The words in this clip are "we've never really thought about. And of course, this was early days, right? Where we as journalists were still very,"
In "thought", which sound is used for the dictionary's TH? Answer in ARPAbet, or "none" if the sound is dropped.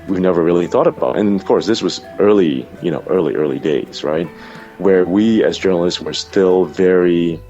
TH